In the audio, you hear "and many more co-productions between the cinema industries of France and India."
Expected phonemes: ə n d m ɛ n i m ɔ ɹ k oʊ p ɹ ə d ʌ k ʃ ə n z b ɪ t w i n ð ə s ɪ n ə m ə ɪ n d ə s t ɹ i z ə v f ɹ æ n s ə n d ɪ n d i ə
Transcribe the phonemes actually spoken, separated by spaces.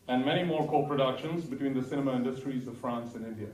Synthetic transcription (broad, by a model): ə n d m ɛ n i m ɔ ɹ k oʊ p ɹ ə d ʌ k ʃ ə n z b ɪ t w i n ð ə s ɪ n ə m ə ɪ n d ə s t ɹ i z ə v f ɹ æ n s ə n ɪ n d i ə